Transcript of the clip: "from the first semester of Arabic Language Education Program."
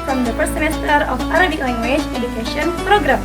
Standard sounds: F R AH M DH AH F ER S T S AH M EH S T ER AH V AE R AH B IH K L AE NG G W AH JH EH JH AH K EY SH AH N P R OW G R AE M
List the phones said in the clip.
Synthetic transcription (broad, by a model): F R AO M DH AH P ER T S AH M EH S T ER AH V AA R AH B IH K L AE NG G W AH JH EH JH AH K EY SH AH N P R OW G R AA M